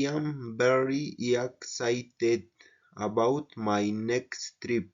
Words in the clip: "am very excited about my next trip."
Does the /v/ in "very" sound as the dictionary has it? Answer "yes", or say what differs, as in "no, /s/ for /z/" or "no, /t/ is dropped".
no, /b/ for /v/